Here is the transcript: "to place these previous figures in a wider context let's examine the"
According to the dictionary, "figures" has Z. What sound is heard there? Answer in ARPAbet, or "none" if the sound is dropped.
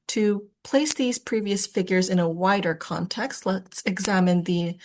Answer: Z